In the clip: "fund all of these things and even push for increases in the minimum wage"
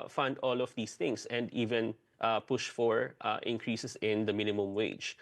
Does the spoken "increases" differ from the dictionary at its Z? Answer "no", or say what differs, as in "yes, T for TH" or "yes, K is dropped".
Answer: yes, S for Z